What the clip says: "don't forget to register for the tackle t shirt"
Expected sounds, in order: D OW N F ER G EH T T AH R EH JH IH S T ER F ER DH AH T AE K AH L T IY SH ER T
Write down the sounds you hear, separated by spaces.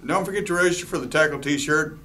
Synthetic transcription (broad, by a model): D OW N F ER G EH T T AH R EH IH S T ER F ER DH AH T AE K L T IY SH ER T